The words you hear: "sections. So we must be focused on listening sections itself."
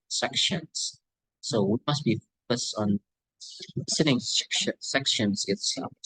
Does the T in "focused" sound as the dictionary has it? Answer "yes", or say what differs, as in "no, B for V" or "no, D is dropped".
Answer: yes